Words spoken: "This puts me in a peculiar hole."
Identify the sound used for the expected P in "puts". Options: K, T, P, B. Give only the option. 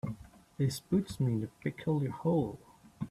B